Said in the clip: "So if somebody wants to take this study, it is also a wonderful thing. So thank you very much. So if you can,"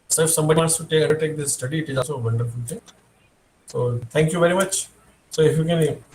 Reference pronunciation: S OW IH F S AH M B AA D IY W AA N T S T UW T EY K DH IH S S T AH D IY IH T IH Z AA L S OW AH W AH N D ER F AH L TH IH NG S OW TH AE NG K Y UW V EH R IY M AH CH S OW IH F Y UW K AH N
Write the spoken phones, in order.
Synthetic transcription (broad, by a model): S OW IH F S AH M B AA D IY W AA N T S T UW T EY K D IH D S T AH D IY IH T IH Z AA L S OW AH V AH N D ER F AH L T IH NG S OW T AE NG K Y UW V EH R IY M AH CH S OW IH F Y UW K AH N